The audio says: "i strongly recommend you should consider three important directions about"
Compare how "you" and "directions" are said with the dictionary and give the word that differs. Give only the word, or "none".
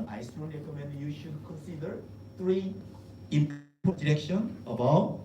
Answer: directions